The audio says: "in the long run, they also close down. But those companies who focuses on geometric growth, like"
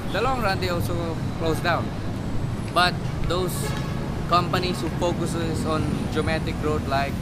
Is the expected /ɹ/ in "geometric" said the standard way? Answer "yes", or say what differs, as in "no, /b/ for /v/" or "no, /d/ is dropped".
no, /ɹ/ is dropped